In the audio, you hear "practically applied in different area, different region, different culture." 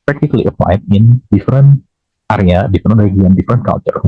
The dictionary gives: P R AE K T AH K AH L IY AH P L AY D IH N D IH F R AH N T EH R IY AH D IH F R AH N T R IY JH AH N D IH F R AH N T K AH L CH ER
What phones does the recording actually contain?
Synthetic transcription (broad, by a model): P R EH K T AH K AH L IY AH P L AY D IH N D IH F R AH N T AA R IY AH D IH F R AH N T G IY AH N D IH F R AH N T K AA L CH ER